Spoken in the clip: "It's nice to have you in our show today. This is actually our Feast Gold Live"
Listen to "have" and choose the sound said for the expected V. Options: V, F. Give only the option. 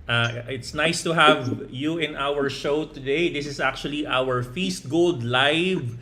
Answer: V